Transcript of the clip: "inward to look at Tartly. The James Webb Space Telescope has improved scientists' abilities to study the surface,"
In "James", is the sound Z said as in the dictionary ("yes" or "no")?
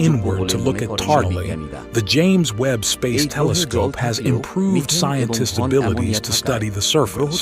yes